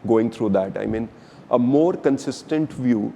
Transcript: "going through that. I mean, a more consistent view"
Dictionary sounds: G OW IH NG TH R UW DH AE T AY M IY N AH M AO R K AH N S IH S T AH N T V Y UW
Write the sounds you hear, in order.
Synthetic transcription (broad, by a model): G OW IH NG T R UW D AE T AY M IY N AH M AO R K AH N S IH S T AH N T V Y UW